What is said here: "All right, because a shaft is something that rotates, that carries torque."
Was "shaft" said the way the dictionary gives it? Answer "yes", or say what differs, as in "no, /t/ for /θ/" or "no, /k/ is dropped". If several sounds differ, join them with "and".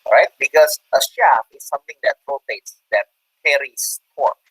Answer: no, /t/ is dropped